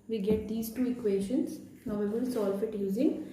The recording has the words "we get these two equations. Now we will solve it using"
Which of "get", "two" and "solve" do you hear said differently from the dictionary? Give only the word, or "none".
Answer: solve